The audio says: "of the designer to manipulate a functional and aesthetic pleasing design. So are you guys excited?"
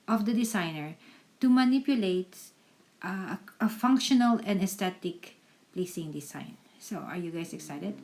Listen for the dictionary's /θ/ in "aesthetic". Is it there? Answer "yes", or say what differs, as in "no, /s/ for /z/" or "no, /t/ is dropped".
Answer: no, /t/ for /θ/